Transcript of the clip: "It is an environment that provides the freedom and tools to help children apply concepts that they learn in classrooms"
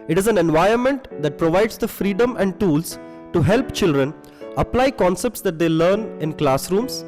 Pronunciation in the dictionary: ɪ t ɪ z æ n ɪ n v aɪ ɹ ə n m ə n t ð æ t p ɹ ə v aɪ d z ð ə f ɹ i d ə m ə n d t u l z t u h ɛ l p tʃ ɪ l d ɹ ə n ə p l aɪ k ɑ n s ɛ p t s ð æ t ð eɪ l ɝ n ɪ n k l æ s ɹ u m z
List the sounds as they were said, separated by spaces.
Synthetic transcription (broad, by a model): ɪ t ɪ z æ n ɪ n v aɪ ə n m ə n t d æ t p ɹ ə v aɪ d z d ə f ɹ i d ə m ə n d t u l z t u h ɛ l p tʃ ɪ l d ɹ ə n ə p l aɪ k ɑ n s ɛ p t s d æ t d eɪ l ɝ n ɪ n k l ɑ s ɹ u m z